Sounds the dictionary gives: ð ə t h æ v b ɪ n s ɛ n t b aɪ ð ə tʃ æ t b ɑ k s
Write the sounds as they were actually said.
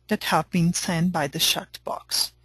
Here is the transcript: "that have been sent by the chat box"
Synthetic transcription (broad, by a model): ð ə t h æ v b ɪ n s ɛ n b aɪ ð ə ʃ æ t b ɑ k s